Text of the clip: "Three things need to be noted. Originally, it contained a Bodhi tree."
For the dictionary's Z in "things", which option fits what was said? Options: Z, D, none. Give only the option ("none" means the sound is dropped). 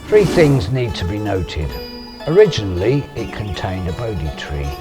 Z